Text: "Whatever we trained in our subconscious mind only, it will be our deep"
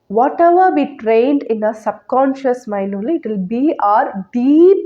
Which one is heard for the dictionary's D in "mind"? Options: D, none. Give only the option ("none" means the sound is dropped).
none